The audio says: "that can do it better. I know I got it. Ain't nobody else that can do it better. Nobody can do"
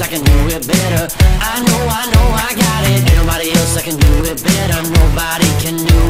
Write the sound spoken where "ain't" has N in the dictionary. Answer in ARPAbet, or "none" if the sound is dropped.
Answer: none